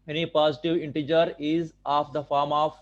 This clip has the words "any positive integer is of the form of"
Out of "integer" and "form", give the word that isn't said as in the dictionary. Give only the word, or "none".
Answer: none